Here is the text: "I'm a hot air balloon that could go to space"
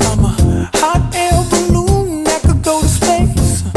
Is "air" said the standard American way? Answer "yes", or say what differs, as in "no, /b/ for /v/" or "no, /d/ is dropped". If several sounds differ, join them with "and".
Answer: no, /l/ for /ɹ/